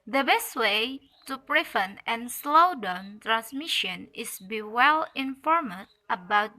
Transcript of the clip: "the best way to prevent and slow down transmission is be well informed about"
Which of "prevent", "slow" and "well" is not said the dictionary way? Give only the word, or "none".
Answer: prevent